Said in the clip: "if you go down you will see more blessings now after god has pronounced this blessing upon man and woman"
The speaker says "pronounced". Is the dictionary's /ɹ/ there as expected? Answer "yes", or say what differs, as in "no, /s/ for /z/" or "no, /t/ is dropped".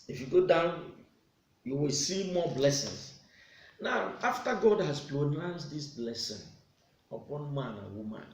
no, /l/ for /ɹ/